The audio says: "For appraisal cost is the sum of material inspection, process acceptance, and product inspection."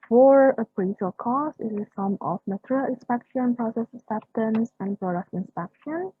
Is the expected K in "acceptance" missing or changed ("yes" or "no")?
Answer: yes